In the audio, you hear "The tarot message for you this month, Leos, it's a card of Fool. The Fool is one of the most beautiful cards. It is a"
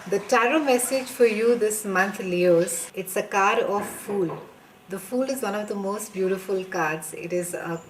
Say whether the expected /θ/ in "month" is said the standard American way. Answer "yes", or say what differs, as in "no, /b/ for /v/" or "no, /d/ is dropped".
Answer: no, /t/ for /θ/